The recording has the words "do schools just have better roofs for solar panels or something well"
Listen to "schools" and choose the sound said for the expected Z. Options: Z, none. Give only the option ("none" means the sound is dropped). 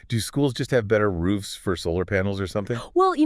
Z